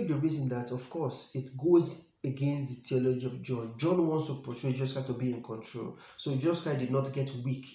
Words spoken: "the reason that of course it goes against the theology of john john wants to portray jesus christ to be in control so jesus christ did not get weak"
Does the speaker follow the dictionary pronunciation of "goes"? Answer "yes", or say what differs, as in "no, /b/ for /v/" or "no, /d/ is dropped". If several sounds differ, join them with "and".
yes